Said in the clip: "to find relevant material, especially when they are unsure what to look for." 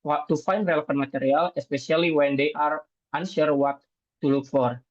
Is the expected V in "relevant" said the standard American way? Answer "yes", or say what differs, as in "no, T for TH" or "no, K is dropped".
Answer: no, F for V